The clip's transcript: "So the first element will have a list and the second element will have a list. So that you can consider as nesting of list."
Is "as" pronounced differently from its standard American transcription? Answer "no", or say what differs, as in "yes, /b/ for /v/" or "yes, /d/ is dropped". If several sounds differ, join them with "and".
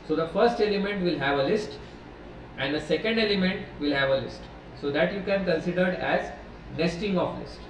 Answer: no